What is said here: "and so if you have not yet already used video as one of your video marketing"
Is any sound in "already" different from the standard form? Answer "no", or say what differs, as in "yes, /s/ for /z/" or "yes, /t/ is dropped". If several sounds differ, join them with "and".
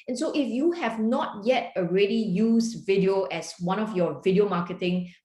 no